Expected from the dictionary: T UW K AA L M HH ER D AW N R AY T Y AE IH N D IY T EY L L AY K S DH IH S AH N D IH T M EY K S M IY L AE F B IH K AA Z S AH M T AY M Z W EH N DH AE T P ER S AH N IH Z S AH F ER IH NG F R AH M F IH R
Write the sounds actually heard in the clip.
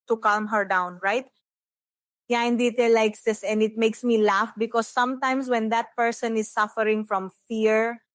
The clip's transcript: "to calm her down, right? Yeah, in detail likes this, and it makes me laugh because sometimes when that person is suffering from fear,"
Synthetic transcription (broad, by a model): T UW K AA L M HH ER D AW N R AY T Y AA IH N D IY T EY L L AY K S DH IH S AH N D IH T M EY K S M IY L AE F B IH K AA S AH M T AY M S W EH N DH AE T P ER S AH N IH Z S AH F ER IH NG F R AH M F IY R